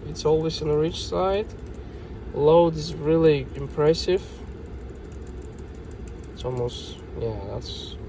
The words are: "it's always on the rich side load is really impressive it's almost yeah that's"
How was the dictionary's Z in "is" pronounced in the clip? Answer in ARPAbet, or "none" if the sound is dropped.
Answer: Z